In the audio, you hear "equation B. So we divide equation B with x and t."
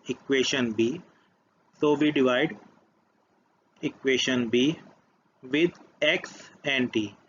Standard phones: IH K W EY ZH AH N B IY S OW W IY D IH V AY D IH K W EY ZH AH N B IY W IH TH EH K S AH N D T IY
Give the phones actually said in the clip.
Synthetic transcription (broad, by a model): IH K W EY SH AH N B IY S OW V IY D IH V AY D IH K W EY SH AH N B IY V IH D EH K S AH N D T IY